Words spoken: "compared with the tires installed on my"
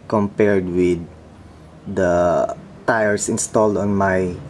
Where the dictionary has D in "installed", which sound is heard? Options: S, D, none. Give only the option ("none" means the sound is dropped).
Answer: D